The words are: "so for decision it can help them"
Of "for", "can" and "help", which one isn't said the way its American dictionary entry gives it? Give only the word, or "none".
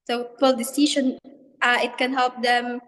for